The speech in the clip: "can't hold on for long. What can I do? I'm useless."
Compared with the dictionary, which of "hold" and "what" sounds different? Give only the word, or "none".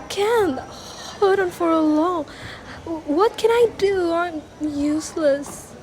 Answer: hold